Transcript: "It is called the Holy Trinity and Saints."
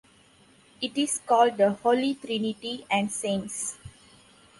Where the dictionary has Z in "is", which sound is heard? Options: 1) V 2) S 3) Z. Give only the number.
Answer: 2